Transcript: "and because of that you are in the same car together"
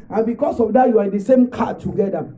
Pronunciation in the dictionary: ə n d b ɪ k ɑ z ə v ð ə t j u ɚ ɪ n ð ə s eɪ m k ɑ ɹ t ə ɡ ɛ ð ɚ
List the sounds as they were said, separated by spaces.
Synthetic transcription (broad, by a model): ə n b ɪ k ɑ s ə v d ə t j u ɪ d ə s eɪ m k ɑ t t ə ɡ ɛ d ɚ